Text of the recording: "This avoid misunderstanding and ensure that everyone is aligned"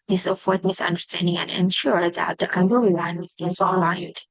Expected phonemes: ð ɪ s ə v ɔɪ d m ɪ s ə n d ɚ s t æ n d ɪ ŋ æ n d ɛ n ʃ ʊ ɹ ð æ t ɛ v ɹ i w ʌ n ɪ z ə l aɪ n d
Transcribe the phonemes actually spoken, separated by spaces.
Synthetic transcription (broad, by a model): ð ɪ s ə f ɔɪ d m ɪ s ə n d ɚ s t æ n d ɪ ŋ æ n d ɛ n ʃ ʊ ɹ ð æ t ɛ b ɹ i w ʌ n ɪ z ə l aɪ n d